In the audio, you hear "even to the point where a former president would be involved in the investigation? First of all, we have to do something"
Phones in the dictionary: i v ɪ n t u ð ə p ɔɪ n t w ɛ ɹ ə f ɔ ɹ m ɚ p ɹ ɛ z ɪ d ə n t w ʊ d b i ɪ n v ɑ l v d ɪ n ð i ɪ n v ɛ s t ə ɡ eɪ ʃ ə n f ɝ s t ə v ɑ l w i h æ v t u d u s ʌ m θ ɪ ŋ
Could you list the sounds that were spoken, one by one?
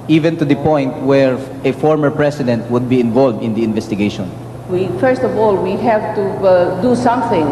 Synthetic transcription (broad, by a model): i v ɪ n t u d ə p ɔɪ n t w ɛ ɹ ə f ɔ ɹ m ɚ p ɹ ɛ s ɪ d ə n t w ʊ d b i ɪ n v ɑ l v d ɪ n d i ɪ n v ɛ s t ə ɡ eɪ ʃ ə n f ɝ s t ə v ɑ l w i h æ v t u d u s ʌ m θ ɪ ŋ